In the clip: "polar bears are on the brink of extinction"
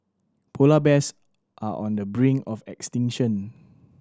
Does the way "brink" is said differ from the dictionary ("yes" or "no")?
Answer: yes